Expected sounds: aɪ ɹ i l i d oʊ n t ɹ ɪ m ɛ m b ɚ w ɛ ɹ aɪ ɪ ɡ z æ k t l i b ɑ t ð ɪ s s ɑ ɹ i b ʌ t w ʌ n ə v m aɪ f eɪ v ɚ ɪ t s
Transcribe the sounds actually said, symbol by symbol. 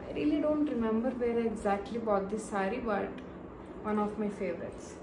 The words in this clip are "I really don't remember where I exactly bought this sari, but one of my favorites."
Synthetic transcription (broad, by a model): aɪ ɹ i l i d oʊ n t ɹ ɪ m ɛ m b ɚ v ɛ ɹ ɪ ɡ z æ k t l i b ɑ t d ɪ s s ɑ ɹ i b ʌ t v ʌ n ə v m aɪ f eɪ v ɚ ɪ t s